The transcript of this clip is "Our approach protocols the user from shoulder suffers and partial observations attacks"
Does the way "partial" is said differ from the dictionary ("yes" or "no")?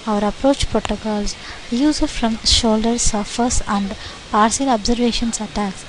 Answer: yes